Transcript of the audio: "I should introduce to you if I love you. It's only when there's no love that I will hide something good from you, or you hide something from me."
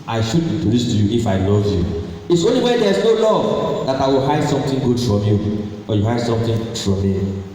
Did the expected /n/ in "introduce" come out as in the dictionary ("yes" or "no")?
no